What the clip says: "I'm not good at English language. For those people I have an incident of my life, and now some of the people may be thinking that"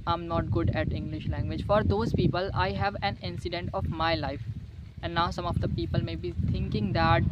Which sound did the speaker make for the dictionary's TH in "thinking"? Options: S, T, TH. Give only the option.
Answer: T